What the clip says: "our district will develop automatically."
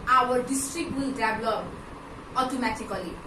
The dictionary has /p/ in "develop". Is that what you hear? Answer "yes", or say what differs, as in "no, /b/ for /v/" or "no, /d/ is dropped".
no, /p/ is dropped